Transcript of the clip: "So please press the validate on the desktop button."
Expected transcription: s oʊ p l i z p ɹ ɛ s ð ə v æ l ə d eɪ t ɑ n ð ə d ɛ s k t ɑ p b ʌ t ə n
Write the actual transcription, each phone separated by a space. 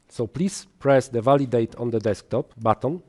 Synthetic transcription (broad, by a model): s oʊ p l i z p ɹ ɛ s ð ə v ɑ l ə d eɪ t ɑ n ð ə d ɛ s k t ɑ p b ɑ t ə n